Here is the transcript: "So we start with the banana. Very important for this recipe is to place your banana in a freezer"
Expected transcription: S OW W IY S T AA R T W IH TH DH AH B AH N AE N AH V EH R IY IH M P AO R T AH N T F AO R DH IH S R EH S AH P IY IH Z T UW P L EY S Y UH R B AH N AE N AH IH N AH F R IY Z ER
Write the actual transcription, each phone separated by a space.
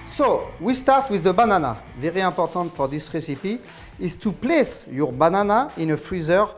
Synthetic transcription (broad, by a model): S OW W IY S T AA R T W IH DH AH B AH N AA N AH V EH R IY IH P AO R T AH N T F AO R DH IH S R EH S AH P IY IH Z T UW P L EY S Y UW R B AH N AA N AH IH N AH F R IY Z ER